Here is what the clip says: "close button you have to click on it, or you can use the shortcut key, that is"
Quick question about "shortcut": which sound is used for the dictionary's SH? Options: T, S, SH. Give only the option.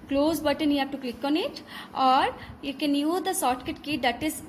S